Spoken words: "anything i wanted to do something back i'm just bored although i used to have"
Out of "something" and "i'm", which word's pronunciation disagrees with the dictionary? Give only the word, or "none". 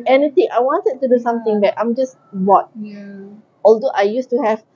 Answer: something